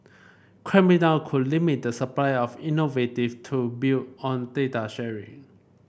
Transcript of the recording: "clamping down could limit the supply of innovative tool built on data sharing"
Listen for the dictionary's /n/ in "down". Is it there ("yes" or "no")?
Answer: no